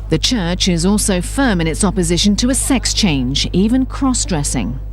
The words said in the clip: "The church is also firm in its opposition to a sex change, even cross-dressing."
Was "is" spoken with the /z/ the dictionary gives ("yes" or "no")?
yes